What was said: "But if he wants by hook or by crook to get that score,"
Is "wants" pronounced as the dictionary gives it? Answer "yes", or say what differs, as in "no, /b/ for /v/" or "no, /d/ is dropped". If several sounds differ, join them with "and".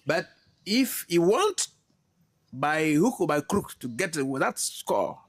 no, /s/ is dropped